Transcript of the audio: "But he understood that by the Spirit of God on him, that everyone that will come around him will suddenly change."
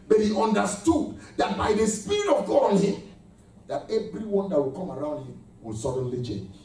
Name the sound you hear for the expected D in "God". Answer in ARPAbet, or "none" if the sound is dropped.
none